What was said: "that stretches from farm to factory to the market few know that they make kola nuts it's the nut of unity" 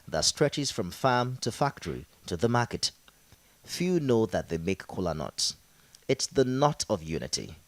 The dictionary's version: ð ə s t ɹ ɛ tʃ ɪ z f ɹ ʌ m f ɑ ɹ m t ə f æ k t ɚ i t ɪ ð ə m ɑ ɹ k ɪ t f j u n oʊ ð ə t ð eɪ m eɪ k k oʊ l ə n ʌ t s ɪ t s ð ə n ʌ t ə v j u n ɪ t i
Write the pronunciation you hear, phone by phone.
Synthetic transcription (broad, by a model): ð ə s t ɹ ɛ tʃ ɪ z f ɹ ʌ m f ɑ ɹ m t ə f æ k t ɚ i t ɪ ð ə m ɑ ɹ k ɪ t f j u n oʊ ð ə t ð eɪ m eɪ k k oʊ l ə n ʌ t s ɪ t s ð ə n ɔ t ə v j u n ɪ t i